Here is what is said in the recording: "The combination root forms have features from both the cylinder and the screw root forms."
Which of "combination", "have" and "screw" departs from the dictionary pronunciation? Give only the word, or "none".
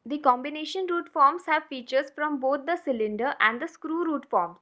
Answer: none